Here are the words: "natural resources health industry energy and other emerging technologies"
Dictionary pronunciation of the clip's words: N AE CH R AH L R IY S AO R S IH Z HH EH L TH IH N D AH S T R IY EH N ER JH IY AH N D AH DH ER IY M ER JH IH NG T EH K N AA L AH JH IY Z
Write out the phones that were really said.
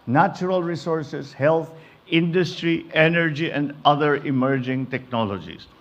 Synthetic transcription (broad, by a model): N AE CH R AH L R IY S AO R S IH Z HH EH L T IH N D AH S T R IY EH N ER JH IY AH N D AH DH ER IY M ER JH IH NG T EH K N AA L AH JH IY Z